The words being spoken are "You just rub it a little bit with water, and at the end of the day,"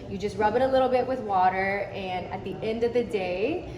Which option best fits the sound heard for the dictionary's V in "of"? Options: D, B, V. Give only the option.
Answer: V